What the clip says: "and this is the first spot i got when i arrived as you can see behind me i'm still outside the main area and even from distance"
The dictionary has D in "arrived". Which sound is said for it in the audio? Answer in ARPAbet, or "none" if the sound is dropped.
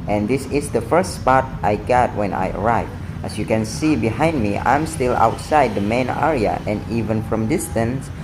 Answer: none